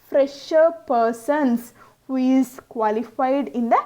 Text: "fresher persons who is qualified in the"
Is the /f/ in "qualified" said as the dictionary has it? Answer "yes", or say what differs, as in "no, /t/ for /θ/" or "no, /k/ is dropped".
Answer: yes